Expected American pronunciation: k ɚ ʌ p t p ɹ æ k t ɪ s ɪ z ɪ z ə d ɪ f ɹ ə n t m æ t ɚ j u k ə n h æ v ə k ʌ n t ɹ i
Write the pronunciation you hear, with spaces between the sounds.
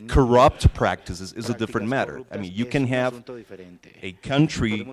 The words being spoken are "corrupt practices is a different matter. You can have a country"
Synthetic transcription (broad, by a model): k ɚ ʌ p t p ɹ æ k t ɪ s ɪ z ɪ z ə d ɪ f ɹ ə n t m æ t ɚ j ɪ k ə n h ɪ v ə k ʌ n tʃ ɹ i